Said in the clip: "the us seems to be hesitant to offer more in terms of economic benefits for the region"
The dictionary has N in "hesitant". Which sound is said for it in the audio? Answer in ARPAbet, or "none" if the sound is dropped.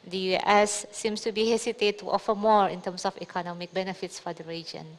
none